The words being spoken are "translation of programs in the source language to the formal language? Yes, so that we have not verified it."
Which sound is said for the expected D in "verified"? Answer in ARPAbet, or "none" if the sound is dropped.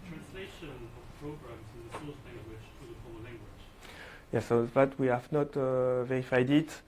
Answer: D